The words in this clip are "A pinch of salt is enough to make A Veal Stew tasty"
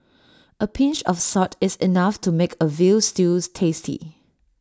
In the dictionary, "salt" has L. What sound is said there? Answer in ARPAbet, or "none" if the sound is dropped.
none